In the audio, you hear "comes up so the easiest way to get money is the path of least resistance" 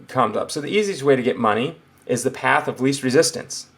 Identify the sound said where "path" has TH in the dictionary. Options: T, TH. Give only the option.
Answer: TH